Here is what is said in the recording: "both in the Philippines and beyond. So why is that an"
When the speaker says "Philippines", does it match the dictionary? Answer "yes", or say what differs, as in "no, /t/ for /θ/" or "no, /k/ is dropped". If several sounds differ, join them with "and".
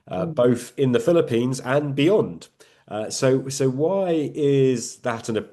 yes